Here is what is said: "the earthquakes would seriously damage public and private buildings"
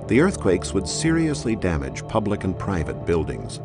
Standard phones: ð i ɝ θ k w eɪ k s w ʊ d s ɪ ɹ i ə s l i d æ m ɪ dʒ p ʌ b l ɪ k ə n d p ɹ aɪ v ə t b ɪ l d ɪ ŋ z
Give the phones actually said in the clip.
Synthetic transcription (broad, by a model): ð i ɝ θ k w eɪ k s w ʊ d s ɪ ɹ i ə s l i d æ m ɪ dʒ p ʌ b l ɪ k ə n p ɹ aɪ v ə t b ɪ l d ɪ ŋ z